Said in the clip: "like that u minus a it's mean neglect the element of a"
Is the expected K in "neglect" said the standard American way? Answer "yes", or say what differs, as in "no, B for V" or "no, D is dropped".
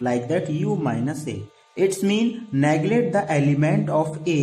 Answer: no, K is dropped